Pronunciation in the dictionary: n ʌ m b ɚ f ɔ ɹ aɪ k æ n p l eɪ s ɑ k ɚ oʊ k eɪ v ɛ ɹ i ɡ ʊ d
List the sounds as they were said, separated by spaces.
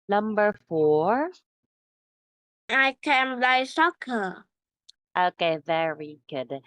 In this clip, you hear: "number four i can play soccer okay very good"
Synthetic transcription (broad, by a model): n ʌ m b ɚ f ɔ ɹ aɪ k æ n b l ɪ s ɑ k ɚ oʊ k eɪ v ɛ ɹ i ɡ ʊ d